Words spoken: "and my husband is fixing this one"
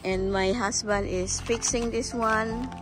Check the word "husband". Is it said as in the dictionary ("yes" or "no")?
no